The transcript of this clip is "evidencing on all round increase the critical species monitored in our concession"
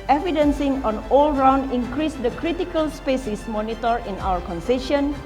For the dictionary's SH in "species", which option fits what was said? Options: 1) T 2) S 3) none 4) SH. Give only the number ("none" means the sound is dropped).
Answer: 2